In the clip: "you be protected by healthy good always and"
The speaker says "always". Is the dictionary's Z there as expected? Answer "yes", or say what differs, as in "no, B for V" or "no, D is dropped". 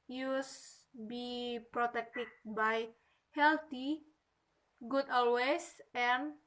no, S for Z